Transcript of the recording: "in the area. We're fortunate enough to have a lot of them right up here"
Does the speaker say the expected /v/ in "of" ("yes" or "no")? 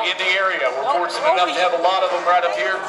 yes